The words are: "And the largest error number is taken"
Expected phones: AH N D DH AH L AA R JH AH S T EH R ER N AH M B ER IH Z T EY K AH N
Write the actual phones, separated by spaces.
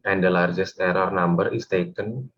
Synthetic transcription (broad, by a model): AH N D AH L AA R JH AH S T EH R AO N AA M B ER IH S T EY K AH N